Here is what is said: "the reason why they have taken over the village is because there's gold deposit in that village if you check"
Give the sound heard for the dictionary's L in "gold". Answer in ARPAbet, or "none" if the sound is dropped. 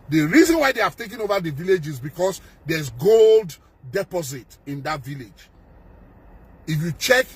L